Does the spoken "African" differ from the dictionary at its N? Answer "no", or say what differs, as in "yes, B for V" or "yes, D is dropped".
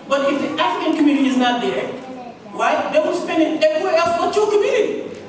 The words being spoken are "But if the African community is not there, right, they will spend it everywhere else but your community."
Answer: no